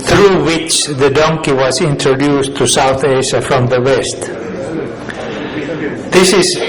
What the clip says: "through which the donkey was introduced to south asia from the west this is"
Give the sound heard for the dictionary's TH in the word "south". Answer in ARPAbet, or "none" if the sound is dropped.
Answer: TH